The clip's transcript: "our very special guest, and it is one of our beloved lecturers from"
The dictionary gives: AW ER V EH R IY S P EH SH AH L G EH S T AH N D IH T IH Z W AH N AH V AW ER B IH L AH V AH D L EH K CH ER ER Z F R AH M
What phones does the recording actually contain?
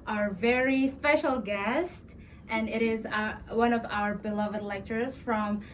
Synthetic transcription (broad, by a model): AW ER V EH R IY S P EH SH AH L G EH S T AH N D IH T IH Z W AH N AH V AW ER B IH L AH V AH D L EH K CH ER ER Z F R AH M